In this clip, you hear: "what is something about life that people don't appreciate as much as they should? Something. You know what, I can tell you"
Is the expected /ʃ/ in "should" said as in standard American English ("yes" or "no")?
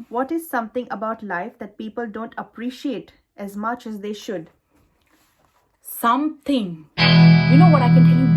yes